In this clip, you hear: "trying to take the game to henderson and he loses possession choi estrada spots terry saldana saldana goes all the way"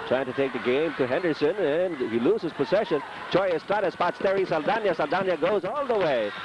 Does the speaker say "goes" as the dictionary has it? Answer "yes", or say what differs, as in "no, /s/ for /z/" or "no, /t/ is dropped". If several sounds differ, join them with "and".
yes